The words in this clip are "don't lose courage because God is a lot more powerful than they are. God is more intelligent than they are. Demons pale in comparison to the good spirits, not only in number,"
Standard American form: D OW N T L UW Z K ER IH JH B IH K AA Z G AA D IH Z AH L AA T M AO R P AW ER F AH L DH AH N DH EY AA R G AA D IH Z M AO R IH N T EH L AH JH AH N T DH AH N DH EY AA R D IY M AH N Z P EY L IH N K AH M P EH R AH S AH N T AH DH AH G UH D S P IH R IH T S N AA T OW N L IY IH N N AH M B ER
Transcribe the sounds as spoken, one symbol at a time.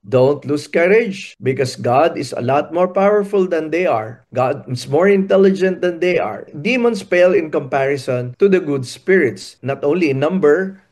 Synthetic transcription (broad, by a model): D OW N T L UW S K ER IH JH B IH K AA S G AA D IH S AH L AA T M AO R P AW ER F AH L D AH N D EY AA R G AA D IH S M AO R IH N T EH L AH JH AH N T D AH N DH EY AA R D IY M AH N S P EY L IH N K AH M P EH R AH S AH N T AH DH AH G UH D S P IH R IH T S N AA T OW N L IY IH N N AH M B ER